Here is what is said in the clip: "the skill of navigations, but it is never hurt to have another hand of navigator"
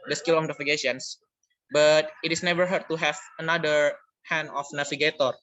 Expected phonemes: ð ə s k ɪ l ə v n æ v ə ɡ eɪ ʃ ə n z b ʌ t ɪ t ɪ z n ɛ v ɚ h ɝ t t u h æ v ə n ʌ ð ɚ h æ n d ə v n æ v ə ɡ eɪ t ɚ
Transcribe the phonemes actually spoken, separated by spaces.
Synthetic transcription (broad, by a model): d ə s k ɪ l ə f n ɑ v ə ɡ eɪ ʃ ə n s b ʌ t ɪ t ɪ s n ɛ v ɚ h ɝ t t u h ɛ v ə n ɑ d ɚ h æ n ə f n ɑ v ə ɡ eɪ t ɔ